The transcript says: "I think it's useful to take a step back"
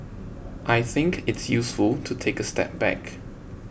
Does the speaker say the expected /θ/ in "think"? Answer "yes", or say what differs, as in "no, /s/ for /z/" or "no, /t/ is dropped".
yes